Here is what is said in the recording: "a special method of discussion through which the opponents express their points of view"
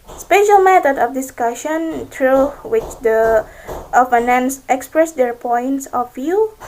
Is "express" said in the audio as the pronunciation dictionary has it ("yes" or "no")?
yes